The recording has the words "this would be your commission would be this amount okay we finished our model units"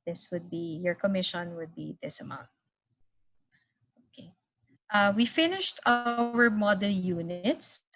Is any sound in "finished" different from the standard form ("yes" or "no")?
no